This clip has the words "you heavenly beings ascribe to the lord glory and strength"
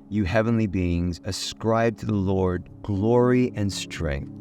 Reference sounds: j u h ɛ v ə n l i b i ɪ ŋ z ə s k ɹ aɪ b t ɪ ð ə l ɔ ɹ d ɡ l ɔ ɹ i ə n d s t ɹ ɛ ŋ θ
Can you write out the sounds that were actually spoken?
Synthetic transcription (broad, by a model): j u h ɛ v ə n l i b i ɪ ŋ z ə s k ɹ aɪ b t ɪ ð ə l ɔ ɹ d ɡ l ɔ ɹ i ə n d s t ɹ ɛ ŋ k